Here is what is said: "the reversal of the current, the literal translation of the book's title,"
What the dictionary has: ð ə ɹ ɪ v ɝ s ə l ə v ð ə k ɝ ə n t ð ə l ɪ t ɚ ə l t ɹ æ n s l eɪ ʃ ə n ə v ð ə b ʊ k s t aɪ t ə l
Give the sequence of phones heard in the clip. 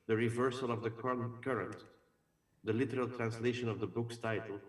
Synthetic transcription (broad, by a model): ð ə ɹ ɪ v ɝ s ə l ə v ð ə k ɝ ə n t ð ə l ɪ t ɚ ə l t ɹ æ n s l eɪ ʃ ə n ə v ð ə b ʊ k s t aɪ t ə l